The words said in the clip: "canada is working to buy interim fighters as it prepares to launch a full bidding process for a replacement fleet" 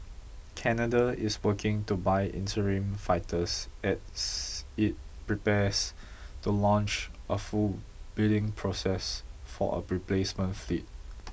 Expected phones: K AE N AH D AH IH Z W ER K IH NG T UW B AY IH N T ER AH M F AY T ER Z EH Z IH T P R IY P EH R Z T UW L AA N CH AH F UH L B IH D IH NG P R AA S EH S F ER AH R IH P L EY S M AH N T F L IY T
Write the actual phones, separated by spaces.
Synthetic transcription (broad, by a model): K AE N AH D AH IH S W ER K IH NG T UW B AY IH N T ER AH M F AY T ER S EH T IH T P R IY P EH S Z T UW L AA N CH AH F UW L B IH D IH NG P R AA S EH S F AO AH R IH P L EY S M AH N T F L IY T